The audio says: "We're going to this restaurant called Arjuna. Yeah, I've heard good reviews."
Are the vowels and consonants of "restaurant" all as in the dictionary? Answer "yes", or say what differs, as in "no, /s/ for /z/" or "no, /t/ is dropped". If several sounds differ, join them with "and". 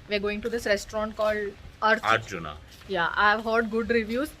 yes